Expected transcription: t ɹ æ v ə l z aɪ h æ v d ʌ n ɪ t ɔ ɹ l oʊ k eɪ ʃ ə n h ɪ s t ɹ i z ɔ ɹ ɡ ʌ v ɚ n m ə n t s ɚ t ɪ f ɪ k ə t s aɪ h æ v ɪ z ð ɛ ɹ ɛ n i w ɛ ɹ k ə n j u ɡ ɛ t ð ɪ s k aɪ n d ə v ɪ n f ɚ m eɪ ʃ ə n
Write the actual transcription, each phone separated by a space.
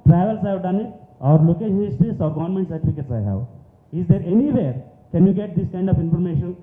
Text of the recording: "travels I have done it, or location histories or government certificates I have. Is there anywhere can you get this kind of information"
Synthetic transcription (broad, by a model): t ɹ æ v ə l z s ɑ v d ʌ n ɪ t ɔ ɹ l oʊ k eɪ ə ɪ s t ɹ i s ɔ ɹ ɡ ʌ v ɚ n m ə n t s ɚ t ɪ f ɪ k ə t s aɪ h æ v ɪ z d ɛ ɹ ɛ n i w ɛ ɹ k ə n j u ɡ ɛ t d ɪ s k aɪ n d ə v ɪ n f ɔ m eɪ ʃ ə n